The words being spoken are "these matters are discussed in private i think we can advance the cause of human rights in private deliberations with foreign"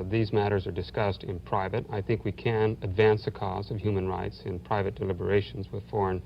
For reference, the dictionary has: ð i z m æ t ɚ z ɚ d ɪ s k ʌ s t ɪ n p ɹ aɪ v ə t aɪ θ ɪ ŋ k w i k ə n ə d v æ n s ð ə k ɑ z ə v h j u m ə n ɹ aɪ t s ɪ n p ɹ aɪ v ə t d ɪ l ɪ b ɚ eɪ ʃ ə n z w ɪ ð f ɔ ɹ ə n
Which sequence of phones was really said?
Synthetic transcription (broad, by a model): ð i z m æ t ɚ z ɚ d ɪ s k ʌ s t ɪ n p ɹ aɪ v ə t aɪ θ ɪ ŋ k w i k ə n ə d v æ n s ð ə k ɑ z ə v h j u m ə n ɹ aɪ t s ɪ n p ɹ aɪ v ə t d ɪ l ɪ b ɚ eɪ ʃ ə n z w ɪ ð f ɔ ɹ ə n